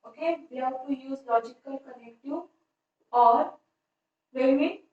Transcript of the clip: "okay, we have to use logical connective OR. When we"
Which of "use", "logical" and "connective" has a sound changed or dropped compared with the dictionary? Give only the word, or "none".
connective